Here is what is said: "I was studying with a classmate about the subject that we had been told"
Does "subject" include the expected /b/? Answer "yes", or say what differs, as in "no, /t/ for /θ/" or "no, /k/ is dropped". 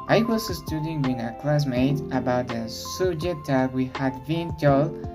no, /b/ is dropped